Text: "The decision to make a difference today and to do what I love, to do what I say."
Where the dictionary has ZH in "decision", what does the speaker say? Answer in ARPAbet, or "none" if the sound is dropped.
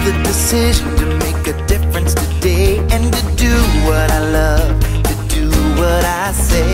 ZH